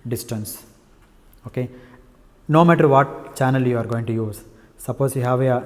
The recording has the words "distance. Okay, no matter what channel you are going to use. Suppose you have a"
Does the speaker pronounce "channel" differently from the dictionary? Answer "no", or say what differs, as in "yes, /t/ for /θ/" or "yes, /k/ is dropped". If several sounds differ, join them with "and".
no